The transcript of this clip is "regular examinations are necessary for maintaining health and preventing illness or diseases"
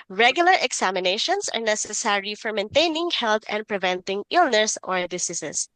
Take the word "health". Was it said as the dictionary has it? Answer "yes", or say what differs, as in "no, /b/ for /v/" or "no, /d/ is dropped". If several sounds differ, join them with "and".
no, /t/ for /θ/